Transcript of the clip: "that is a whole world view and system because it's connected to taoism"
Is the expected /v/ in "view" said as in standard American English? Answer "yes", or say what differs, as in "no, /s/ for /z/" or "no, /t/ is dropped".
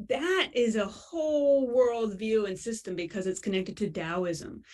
yes